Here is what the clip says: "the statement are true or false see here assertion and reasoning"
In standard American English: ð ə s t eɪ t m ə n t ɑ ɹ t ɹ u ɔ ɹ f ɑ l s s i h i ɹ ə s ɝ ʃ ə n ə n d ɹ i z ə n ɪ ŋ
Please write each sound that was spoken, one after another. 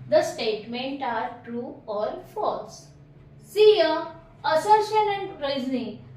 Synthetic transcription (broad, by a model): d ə s t eɪ t m ə n t ɑ ɹ t ɹ u ɔ ɹ f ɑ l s s i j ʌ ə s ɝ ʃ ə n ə n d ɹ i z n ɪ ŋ